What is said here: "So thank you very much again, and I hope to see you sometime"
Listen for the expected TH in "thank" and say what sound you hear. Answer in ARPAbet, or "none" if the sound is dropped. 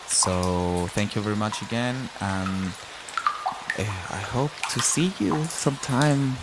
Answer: TH